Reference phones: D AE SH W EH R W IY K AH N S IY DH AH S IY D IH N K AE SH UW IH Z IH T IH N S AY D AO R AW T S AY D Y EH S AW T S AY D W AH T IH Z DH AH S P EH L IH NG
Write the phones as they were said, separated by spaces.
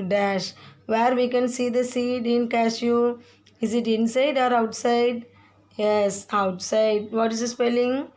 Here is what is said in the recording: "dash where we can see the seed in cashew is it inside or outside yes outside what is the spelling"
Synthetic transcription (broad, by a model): D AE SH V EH R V IY K AH N S IY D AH S IY D IH N K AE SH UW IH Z IH T IH N S AY D AO R AW T S AY D Y EH S AW T S AY D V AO T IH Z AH S P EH L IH NG